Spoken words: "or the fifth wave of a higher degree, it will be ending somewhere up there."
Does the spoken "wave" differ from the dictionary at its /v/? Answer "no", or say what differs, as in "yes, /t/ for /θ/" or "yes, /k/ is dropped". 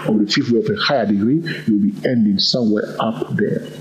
yes, /v/ is dropped